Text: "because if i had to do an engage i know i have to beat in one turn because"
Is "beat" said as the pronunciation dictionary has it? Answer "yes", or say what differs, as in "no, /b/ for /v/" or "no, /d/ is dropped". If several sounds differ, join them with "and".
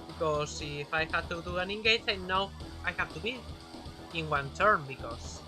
no, /t/ is dropped